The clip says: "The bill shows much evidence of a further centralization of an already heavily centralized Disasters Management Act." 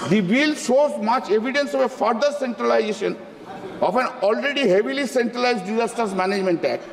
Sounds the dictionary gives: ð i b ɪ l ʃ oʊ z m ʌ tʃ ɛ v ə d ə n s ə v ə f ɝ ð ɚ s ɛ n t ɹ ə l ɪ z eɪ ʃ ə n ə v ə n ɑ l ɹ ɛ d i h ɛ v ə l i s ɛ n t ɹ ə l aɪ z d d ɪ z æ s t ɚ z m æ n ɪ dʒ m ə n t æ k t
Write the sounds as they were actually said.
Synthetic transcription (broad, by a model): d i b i l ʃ oʊ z m ʌ tʃ ɛ v ə d ə n s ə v ə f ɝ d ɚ s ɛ n t ɹ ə l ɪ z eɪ ʃ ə n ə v ə n ɑ l ɹ ɛ d i h ɛ v ə l i s ɛ n t ɹ ə l aɪ z d d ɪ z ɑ s t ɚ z m æ n ɪ dʒ m ə n t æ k